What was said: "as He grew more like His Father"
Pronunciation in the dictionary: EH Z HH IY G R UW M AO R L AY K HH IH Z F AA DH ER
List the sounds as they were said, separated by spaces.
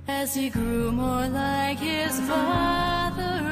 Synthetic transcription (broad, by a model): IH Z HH IY G R UW M AO R L AY K HH IH Z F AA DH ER